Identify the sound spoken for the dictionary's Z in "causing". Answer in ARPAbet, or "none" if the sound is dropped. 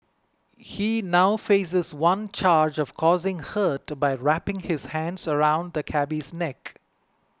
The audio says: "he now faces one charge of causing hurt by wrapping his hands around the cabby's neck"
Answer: Z